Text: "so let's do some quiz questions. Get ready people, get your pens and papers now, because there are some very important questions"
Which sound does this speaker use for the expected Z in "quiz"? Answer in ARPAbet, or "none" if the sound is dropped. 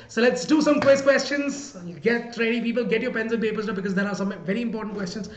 S